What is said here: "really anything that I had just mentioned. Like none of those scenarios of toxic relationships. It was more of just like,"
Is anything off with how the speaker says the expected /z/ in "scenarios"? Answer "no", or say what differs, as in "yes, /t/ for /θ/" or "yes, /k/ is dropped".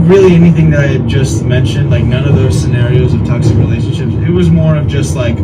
no